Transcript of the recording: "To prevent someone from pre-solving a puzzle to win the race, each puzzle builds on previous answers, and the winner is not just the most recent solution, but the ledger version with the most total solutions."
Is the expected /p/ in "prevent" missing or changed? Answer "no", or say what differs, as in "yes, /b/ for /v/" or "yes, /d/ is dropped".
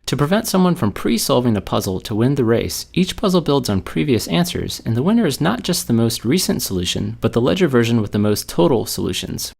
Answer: no